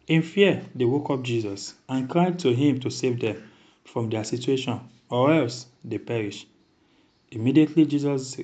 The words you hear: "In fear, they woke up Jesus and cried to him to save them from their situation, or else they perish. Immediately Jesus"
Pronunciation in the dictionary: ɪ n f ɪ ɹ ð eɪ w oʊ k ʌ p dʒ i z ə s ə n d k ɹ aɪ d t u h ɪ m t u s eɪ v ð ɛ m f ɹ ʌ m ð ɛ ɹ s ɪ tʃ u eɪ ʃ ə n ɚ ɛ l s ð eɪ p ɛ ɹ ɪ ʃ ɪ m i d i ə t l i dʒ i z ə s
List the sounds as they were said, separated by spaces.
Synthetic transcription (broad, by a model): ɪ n f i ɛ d eɪ w oʊ k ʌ p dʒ i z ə s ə n k ɹ aɪ d t u h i m t u s eɪ v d ɛ m f ɹ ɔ m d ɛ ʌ s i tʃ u eɪ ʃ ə n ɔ ɛ l s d eɪ p ɛ ɹ ɪ ʃ ɪ m i d i ə t l i dʒ i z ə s